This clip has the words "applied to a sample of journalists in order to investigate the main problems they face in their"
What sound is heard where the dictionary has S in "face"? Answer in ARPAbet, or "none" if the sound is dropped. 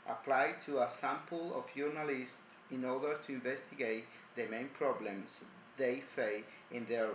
none